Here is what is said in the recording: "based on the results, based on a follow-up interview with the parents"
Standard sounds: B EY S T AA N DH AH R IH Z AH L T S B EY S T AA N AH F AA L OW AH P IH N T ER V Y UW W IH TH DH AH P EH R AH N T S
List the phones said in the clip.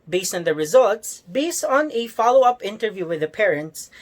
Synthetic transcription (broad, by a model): B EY S AA N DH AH R IH Z AH L T S B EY S AA N AH F AA L OW AH P IH N T ER V Y UW W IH DH AH P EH R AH N T S